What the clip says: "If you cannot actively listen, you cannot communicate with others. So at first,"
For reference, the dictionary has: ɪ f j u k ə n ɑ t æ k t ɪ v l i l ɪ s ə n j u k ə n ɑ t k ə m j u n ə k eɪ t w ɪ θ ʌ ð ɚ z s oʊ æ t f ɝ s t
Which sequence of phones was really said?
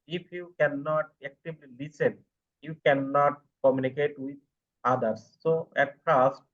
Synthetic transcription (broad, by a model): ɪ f j u k ə n ɑ t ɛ k t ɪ b l i l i s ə n j u k ə n ɑ t k ə m j u n ə k eɪ t w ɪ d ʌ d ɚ s oʊ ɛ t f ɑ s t